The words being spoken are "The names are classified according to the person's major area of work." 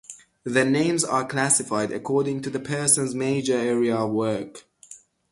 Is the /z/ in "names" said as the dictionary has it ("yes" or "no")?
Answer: yes